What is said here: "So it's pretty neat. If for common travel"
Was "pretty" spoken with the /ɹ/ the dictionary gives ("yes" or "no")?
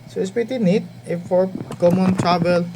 no